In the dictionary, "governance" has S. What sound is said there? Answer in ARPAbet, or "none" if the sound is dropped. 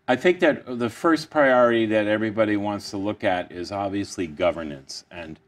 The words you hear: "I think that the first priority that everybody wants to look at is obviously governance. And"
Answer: S